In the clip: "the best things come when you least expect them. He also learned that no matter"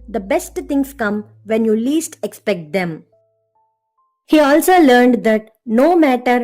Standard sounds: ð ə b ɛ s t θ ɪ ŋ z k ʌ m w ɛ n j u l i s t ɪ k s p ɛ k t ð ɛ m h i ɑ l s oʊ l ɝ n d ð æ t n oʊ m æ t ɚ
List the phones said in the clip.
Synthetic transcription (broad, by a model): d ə b ɛ s t t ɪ ŋ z k ʌ m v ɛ n j u l i s t ɪ k s p ɛ k t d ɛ m h i ɑ l s oʊ l ɝ n d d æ t n oʊ m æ t ɚ